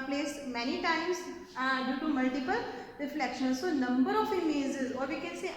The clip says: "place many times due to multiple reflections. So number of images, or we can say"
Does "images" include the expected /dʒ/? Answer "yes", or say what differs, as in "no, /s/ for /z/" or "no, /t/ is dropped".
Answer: no, /z/ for /dʒ/